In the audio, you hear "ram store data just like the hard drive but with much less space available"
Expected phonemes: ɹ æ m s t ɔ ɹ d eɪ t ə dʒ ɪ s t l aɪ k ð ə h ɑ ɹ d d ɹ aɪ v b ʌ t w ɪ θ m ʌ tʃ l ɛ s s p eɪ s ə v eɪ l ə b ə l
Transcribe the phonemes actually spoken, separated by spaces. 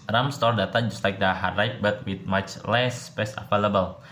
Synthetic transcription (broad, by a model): ɹ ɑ m s t ɔ ɹ d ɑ t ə dʒ ɪ s t l aɪ k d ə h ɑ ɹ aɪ p b ʌ t w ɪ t m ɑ tʃ l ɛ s s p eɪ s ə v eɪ l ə b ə l